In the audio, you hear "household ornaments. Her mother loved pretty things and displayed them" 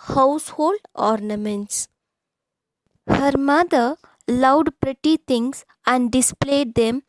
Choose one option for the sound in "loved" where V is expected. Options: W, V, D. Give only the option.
W